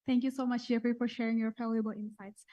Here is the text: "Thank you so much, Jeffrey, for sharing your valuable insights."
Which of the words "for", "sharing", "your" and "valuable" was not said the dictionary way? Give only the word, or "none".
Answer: valuable